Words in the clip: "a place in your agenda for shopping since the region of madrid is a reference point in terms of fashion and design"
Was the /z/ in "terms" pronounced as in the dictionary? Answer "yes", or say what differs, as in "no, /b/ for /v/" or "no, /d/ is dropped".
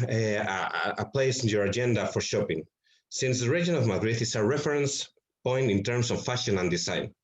no, /s/ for /z/